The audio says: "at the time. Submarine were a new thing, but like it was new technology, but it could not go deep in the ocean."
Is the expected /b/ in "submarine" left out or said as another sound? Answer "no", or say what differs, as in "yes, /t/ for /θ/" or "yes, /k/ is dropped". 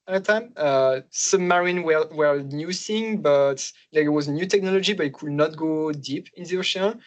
yes, /b/ is dropped